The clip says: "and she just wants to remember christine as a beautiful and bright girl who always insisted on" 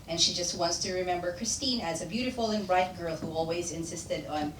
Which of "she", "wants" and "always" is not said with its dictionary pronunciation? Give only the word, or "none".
none